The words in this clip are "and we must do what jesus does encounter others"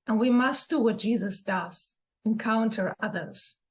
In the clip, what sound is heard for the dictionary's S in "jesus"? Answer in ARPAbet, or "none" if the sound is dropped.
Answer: S